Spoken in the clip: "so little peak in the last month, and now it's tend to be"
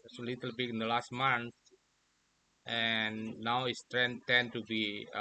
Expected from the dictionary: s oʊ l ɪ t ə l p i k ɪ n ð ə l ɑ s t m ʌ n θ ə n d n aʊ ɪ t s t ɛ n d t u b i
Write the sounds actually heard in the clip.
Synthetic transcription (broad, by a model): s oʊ l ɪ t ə l b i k ɪ n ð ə l ɑ s t m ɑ n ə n n aʊ ɪ t s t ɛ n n t u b i